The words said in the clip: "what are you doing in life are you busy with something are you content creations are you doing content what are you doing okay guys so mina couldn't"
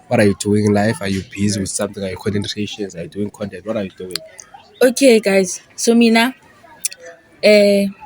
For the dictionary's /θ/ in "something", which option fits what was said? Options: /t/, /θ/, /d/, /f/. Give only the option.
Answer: /t/